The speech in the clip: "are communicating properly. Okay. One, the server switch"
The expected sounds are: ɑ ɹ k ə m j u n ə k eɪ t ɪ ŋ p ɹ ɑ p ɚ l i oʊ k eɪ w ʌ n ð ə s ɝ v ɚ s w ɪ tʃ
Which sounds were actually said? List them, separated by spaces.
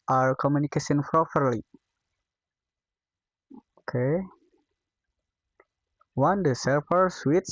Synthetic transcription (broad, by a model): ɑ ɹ k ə m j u n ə k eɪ s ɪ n p ɹ ɑ p ɚ l i oʊ k eɪ w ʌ n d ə s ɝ p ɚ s w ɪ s